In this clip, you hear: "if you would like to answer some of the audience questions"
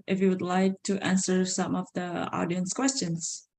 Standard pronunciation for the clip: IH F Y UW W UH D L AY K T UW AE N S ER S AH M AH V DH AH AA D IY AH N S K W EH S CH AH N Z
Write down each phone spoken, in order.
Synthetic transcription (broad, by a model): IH F Y UW W UH D L AY K T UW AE N S ER S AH M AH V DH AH AA D IY AH N S K W EH S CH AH N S